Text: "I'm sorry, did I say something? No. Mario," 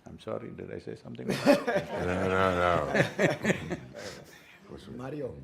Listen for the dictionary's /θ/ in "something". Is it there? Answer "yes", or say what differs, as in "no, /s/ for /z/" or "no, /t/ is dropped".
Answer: no, /t/ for /θ/